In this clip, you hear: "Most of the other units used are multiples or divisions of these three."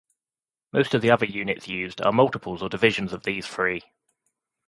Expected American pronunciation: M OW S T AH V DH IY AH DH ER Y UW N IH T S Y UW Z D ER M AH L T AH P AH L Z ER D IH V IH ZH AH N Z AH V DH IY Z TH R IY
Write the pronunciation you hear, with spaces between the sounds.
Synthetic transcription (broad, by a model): M OW S T AH V DH IY AH DH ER Y UW N IH T S Y UW Z D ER M AH L T AH P AH L Z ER D IH V IH ZH AH N Z AH V DH IY Z F R IY